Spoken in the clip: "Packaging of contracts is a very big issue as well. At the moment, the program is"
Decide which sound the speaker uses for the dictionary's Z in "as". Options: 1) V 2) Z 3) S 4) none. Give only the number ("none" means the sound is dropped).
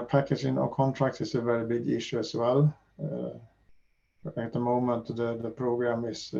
3